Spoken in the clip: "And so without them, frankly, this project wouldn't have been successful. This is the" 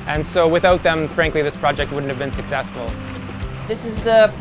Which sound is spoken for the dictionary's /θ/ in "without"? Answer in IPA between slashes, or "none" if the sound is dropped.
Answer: /θ/